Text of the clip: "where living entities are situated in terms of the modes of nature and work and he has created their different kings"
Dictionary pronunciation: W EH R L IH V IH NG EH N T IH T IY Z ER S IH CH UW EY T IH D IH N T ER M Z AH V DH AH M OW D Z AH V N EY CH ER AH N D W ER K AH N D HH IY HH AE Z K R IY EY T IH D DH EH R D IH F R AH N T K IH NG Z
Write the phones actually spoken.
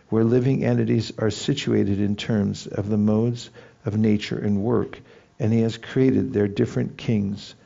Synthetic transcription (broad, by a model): W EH R L IH V IH NG EH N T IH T IY Z ER S IH CH UW EY T IH D IH N T ER M Z AH V DH AH M OW D Z AH V N EY CH ER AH N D W ER K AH N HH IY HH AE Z K R IY EY T IH D DH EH R D IH F R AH N K IH NG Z